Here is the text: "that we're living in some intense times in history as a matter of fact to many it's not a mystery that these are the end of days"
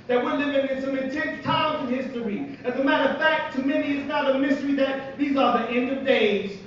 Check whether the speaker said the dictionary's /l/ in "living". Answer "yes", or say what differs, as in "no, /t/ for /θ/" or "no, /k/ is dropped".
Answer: no, /n/ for /l/